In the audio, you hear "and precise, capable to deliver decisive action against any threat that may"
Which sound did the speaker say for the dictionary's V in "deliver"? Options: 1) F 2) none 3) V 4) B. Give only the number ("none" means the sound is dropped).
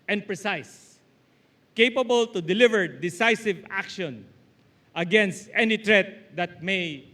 3